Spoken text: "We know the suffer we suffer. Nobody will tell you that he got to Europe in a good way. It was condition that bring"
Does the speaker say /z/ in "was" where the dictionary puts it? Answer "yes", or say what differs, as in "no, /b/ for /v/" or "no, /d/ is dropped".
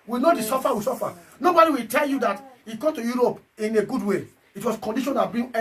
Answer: no, /s/ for /z/